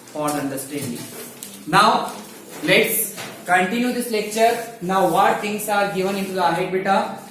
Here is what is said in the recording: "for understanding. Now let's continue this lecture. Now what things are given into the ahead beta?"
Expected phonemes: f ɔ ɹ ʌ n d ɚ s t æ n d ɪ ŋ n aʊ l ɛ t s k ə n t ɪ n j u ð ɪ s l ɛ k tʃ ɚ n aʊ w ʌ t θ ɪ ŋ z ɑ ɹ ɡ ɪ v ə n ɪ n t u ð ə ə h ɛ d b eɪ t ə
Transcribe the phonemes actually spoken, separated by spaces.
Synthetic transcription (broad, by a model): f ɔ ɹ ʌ n d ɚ s t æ n d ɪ ŋ n aʊ l ɛ t s k ə n t ɪ n j u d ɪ s l ɛ k tʃ ɚ n aʊ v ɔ t t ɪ ŋ s ɑ ɹ ɡ ɪ v ə n ɪ n t u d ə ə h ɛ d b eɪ t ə